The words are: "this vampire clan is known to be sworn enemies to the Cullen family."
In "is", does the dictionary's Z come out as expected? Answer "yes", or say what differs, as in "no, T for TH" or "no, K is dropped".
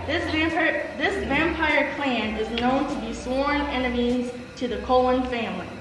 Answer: yes